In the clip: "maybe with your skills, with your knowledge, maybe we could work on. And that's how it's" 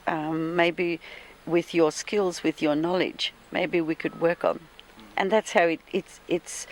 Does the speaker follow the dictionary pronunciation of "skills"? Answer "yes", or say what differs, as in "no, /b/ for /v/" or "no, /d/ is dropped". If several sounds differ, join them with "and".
yes